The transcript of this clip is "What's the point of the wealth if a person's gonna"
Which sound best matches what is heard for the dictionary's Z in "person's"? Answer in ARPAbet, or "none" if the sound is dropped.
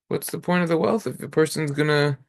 Z